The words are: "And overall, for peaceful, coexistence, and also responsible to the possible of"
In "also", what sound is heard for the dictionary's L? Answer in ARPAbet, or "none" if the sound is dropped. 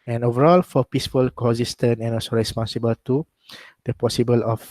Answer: none